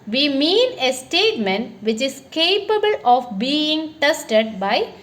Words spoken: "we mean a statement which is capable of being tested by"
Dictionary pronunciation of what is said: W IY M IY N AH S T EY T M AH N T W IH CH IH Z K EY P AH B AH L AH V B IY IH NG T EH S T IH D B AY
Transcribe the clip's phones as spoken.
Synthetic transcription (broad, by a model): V IY M IY N AH S T EY T M AH N T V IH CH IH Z K EY P AH B AH L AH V B IY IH NG T EH S T IH D B AY